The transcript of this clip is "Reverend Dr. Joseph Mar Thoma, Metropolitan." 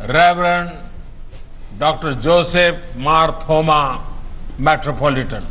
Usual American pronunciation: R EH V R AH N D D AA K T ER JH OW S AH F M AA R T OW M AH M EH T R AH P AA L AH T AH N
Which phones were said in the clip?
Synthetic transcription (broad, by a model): R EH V R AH N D D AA K T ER JH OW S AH P M AA R T OW M AH M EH T R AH P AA L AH T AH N